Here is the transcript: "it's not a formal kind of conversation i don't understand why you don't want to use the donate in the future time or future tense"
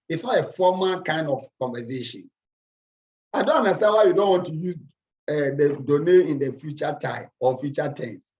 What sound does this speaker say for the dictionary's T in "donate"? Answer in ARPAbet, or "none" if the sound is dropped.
none